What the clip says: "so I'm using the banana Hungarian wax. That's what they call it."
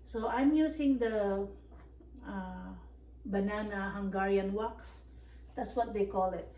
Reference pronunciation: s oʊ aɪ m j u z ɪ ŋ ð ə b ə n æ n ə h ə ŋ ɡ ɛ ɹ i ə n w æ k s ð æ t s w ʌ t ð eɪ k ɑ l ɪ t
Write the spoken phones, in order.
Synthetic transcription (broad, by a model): s oʊ aɪ m j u s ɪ ŋ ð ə b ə n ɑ n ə h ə ŋ ɡ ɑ ɹ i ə n w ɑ k s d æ t s w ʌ t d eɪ k ɑ l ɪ t